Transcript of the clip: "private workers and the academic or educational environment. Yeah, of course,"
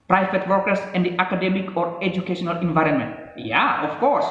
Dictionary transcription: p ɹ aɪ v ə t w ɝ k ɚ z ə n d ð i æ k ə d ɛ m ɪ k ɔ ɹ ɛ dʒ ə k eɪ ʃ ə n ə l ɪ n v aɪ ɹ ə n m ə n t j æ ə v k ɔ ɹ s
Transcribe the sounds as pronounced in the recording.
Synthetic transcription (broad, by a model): p ɹ aɪ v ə t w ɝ k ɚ s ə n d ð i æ k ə d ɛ m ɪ k ɔ ɹ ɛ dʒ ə k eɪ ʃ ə n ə l ɪ n v aɪ ɹ ə n m ə n t j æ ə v k ɔ ɹ s